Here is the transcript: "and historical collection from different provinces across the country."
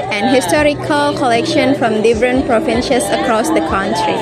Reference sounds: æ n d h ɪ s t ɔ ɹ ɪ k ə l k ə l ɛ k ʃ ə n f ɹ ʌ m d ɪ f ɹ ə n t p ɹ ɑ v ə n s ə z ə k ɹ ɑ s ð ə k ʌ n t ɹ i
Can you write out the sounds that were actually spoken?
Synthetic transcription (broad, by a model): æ n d h ɪ s t ɔ ɹ ɪ k ə l k ə l ɛ k ʃ ə n f ɹ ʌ m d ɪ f ɹ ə n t p ɹ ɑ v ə n ʃ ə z ə k ɹ ɑ s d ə k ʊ n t ɹ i